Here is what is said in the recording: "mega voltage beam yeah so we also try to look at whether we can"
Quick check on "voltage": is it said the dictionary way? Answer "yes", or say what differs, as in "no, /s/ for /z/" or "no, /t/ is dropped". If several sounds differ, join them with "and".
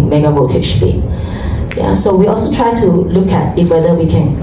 no, /l/ is dropped